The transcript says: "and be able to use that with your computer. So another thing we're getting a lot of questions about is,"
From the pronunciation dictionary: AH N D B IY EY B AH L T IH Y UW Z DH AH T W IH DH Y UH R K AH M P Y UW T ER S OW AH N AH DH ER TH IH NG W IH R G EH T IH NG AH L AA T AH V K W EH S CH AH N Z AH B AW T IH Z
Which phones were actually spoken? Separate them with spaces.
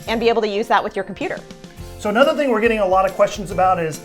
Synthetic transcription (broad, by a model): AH N B IY EY B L T IH Y UW Z DH AH T W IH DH Y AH R K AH M P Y UW T ER S OW AH N AH DH ER TH IH NG W IH R G EH T IH NG AH L AA T AH V K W EH S CH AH N Z AH B AW T IH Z